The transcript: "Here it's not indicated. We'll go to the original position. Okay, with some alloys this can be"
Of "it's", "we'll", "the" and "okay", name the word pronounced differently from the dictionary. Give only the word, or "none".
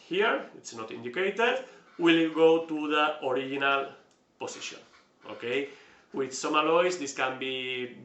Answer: none